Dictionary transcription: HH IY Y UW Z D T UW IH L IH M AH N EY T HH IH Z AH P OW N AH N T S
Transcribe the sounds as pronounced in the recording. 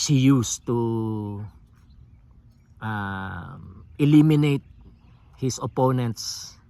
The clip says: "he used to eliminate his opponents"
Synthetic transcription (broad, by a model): HH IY Y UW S T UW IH L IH M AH N EY T HH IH S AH P OW N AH N T S